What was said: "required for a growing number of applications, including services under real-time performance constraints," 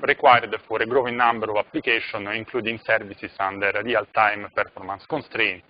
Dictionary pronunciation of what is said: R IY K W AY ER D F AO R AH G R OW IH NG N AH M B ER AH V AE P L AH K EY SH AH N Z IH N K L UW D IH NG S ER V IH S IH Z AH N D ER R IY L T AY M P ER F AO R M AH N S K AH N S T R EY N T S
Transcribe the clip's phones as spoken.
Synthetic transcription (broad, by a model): R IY K W AY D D F AO R AH G R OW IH N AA M B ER AH V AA P L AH K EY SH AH N IH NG K L UW D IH NG S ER V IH S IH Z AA N D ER R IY L T AY M P ER F AO R M AH N S K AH N S T R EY N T